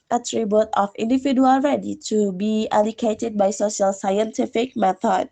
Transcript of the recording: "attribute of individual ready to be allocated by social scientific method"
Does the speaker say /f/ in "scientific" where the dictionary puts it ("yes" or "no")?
yes